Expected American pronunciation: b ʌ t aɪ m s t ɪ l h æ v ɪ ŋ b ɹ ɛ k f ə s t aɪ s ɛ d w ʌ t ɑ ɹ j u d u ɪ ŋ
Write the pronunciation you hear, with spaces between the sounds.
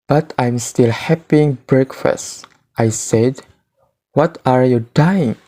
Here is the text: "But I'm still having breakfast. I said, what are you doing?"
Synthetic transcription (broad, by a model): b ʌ t aɪ m s t ɪ l h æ p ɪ ŋ b ɹ ɛ k f ə s t aɪ s ɛ d w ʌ t ɑ ɹ j u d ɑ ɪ ŋ